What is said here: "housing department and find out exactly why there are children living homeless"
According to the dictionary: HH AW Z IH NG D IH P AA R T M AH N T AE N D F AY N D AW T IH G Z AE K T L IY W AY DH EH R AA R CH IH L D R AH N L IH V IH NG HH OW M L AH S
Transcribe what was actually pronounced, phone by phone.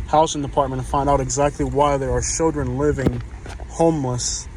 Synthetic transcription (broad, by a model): HH AW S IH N D IH P AA R T M AH N T F AY N D AW T IH G Z AE K T L IY W AY DH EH R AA R CH IH L D R AH N L IH V IH NG HH OW M L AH S